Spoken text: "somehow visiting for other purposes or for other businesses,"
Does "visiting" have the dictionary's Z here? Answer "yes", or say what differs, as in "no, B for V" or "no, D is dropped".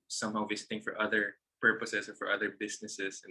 no, S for Z